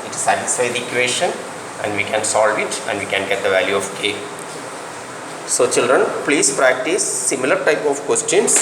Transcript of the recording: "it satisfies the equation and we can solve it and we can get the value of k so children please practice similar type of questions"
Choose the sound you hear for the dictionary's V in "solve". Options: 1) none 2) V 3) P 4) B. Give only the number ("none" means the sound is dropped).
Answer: 2